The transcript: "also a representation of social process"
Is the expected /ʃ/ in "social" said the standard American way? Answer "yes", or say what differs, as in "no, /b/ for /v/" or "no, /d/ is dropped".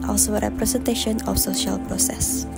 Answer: yes